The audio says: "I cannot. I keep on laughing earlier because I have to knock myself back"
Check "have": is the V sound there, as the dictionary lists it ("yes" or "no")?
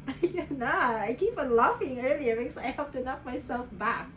no